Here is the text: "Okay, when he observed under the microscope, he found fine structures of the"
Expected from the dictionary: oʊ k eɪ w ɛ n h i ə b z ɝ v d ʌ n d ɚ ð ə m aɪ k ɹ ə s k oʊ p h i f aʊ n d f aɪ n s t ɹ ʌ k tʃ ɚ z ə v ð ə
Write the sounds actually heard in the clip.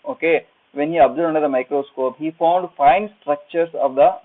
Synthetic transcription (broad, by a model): oʊ k eɪ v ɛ n h i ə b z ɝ d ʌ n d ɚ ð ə m aɪ k ɹ ə s k oʊ p h i f aʊ n d f aɪ n s t ɹ ʌ k tʃ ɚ s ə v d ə